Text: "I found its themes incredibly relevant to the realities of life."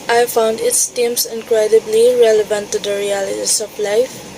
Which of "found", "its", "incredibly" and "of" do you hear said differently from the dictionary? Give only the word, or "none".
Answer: of